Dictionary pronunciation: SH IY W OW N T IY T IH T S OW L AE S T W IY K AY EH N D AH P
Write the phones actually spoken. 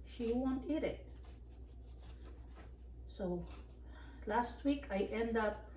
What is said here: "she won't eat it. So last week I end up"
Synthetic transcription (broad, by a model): SH IY W OW N T IY T IH T S OW L AE S T W IY K AY EH N D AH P